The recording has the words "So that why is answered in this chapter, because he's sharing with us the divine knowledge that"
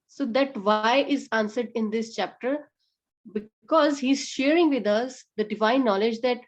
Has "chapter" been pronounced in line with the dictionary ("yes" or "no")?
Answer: yes